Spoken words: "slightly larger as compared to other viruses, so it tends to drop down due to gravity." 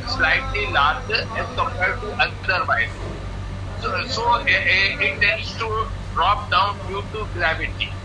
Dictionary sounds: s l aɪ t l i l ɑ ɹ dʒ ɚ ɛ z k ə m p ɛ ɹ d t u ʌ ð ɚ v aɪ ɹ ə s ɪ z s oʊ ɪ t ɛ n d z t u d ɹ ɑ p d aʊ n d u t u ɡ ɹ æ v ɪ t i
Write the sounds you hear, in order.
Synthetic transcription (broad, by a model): s l aɪ t l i l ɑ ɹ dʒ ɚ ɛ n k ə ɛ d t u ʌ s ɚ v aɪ ə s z s oʊ ɪ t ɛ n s t u d ɹ ɑ p d aʊ n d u t u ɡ ɹ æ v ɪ t i